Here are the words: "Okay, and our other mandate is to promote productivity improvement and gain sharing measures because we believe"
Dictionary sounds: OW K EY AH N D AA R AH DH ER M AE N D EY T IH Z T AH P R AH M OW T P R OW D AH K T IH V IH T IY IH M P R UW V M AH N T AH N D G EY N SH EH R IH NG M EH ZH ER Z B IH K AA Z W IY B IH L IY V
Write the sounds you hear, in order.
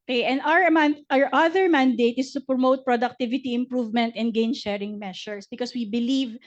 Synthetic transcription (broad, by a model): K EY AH N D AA R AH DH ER M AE N D EY T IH S T AH P R AH M OW T P R OW D AH K T IH V IH T IY IH M P R UW V M AH N T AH N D G EY N SH EH R IH NG M EH SH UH S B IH K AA S W IY B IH L IY V